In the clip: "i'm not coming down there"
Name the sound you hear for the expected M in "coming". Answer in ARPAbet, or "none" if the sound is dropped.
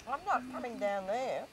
M